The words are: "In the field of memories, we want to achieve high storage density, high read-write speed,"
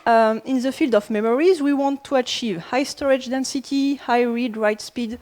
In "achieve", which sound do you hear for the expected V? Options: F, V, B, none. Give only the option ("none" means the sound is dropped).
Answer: V